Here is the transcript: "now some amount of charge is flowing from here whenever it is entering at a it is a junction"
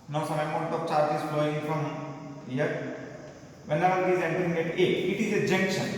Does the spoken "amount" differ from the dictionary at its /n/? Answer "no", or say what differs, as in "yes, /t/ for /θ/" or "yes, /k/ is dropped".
yes, /n/ is dropped